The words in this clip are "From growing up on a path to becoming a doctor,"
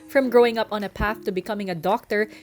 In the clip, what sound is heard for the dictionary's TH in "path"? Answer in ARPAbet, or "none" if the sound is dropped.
TH